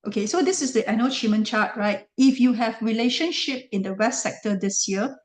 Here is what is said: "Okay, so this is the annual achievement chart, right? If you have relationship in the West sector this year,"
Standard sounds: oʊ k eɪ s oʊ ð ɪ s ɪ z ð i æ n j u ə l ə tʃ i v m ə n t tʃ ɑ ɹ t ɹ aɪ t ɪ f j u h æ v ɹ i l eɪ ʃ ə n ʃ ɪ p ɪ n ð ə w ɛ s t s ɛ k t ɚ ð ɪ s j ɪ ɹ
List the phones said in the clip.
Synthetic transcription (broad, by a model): oʊ k eɪ s oʊ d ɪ s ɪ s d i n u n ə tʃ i m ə n tʃ ɑ t ɹ aɪ t ɪ f j u h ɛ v ɹ i l eɪ ʃ ə n ʃ ɪ p ɪ n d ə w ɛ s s ɛ k t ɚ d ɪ s j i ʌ